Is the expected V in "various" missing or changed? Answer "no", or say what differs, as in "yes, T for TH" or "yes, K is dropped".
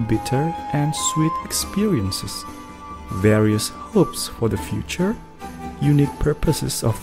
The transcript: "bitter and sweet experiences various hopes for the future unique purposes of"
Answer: no